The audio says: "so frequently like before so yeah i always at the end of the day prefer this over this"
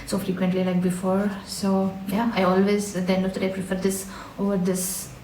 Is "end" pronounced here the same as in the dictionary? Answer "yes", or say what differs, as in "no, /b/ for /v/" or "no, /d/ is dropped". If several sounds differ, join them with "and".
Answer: no, /d/ is dropped